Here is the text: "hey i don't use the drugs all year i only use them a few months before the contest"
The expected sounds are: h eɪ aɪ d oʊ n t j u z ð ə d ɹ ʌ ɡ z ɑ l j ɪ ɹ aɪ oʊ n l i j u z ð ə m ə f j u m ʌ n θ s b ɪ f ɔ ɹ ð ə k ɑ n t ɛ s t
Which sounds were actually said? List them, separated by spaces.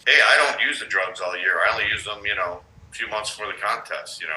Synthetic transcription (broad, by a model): h eɪ aɪ d oʊ n t j u z ð ə d ɹ ʌ ɡ z ɑ l j ɪ ɹ aɪ oʊ n l i j u z ð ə m ə f j u m ʌ n θ s f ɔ ɹ ð ə k ɑ n t ɛ s t